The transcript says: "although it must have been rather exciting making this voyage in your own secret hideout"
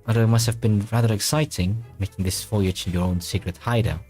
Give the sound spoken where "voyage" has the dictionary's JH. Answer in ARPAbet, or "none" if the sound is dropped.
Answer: CH